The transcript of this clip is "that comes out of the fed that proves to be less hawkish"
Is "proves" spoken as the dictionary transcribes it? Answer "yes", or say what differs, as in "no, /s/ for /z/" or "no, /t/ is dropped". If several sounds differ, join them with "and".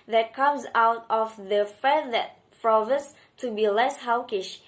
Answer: no, /f/ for /p/ and /s/ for /z/